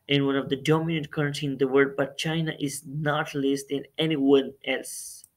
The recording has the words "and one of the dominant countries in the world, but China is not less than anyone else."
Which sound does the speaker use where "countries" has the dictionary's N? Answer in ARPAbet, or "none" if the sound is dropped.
none